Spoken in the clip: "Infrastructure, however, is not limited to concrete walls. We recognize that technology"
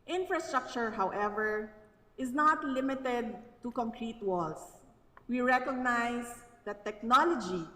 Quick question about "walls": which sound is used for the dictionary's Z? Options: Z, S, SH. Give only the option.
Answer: S